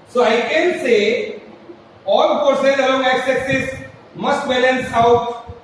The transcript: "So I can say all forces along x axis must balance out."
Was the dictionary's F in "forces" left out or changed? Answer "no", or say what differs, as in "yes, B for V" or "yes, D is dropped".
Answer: yes, P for F